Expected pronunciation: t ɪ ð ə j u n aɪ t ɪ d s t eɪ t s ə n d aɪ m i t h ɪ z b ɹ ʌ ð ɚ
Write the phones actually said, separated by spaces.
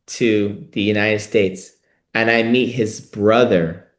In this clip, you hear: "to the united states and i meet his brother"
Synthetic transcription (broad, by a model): t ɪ ð ə j u n aɪ t ɪ d s t eɪ t s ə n aɪ m i t h ɪ z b ɹ ʌ ð ɚ